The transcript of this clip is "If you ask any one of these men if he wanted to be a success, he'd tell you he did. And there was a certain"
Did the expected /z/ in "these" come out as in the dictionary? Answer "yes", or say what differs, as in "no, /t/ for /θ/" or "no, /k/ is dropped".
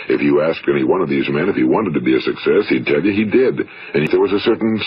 yes